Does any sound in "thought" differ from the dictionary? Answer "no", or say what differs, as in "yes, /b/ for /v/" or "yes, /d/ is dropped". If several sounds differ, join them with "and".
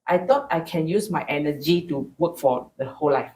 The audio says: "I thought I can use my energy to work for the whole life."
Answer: yes, /t/ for /θ/